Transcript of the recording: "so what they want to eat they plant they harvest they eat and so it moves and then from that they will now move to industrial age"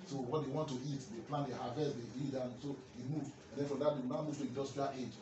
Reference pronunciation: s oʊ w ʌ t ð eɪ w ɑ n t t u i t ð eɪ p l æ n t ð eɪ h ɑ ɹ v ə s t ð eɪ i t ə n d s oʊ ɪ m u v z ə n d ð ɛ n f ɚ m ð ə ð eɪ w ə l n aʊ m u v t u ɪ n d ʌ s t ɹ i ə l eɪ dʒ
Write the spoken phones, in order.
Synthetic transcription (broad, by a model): s oʊ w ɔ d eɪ w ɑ n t t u i t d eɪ p l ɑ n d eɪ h ɑ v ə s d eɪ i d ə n s oʊ ɪ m u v ə n d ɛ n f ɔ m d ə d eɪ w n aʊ m u v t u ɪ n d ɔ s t i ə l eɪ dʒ